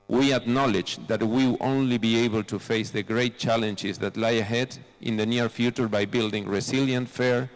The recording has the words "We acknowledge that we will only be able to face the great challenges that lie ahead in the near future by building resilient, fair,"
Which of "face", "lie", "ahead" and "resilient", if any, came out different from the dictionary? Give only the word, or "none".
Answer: resilient